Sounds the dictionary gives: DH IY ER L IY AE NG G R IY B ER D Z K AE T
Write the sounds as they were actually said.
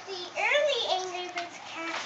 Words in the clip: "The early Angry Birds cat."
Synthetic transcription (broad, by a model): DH IY ER L IY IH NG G L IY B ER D K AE